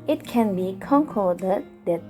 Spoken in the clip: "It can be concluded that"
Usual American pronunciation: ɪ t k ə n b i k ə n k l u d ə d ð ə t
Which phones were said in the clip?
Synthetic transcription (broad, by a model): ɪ t k ə n b i k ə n k ɔ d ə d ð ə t